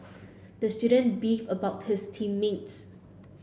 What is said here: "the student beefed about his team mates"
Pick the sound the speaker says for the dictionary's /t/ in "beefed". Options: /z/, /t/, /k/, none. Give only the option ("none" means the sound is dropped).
none